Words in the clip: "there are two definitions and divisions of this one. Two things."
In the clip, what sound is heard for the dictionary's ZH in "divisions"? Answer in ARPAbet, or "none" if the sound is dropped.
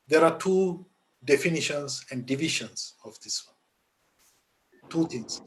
SH